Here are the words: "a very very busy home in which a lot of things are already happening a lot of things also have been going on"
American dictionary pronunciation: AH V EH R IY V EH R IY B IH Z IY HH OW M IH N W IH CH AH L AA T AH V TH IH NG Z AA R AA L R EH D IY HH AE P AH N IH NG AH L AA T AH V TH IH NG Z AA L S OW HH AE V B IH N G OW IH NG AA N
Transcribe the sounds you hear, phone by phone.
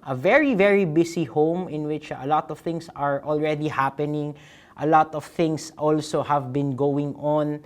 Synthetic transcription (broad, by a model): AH V EH R IY V EH R IY B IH S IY HH OW M IH N W IH CH AH L AA T AH V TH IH NG S AA R AA L R EH D IY HH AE P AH N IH NG AH L AA T AH V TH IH NG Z AA L S OW HH AE V B IH N G OW IH NG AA N